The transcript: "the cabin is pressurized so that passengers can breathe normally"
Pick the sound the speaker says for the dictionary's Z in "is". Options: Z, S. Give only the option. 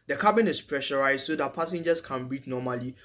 S